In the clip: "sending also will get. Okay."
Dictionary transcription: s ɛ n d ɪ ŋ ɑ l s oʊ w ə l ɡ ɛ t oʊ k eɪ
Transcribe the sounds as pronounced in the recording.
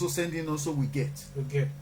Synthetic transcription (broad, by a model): s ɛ n d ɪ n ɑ n s oʊ w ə ɡ ɛ t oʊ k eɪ